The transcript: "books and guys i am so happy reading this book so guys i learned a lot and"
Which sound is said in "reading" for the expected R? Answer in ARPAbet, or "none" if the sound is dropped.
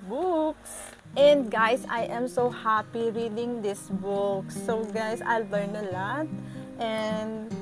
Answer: R